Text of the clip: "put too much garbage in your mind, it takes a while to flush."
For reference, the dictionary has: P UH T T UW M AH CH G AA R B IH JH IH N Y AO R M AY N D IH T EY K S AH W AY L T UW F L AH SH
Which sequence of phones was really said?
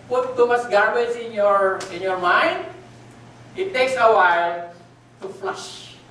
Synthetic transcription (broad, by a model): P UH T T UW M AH S G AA R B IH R IH N Y AO R M AY N D IH T EY K S AH W AY L T UW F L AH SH